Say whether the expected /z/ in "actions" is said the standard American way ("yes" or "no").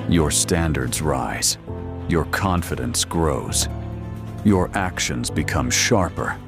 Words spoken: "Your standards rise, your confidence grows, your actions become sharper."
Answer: yes